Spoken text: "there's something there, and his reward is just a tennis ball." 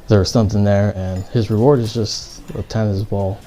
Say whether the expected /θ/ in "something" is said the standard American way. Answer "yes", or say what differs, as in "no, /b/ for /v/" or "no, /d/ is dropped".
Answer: yes